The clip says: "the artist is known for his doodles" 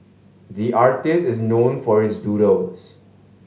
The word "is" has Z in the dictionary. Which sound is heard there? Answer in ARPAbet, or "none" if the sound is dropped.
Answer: Z